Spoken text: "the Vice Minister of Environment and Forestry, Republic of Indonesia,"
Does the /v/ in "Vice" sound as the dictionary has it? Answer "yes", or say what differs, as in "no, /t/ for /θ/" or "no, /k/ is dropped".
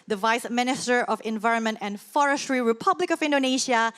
yes